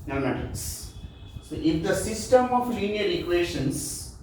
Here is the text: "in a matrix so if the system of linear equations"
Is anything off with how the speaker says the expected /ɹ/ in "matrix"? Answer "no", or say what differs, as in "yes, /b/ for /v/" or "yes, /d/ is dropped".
yes, /ɹ/ is dropped